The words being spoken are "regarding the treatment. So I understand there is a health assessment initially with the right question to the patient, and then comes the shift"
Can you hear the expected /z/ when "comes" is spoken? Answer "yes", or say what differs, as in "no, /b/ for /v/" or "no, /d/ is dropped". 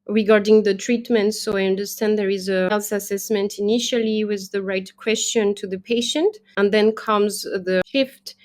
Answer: yes